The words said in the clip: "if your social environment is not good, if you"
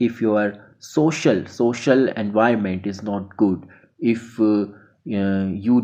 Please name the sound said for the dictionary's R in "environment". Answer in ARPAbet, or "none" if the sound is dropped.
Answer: none